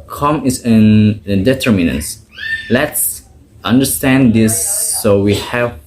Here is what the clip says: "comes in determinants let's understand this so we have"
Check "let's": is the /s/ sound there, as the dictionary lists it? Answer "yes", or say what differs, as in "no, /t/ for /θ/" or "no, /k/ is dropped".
yes